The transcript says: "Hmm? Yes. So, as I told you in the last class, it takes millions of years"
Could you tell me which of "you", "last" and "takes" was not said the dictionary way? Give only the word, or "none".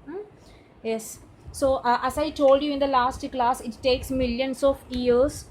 none